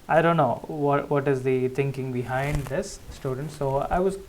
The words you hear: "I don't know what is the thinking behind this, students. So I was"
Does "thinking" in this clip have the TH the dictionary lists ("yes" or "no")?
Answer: no